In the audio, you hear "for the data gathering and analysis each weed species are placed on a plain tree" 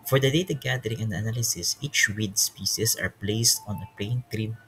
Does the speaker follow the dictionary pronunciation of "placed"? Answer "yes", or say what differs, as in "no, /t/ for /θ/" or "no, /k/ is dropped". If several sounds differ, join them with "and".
yes